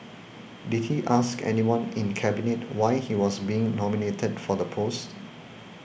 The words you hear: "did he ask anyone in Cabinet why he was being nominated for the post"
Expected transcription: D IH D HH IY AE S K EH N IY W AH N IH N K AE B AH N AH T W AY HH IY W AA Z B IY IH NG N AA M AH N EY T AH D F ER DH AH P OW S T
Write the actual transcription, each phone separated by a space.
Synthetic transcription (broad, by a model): D IH D HH IY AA S K EH N IY W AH N IH N K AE B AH N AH T W AY HH IY W AA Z B IY IH NG N AA M AH N EY T AH D F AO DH AH P OW S T